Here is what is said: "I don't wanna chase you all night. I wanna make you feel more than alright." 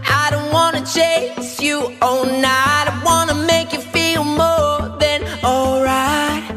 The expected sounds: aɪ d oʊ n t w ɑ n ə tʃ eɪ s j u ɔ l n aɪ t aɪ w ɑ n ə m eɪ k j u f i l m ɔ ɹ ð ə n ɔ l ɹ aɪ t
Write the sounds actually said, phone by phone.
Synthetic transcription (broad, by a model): aɪ d oʊ n t w ɑ n ə tʃ eɪ s j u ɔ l n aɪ aɪ w ɑ n ə m eɪ k j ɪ f i l m ɔ ɹ ð ə n ɔ l ɹ aɪ t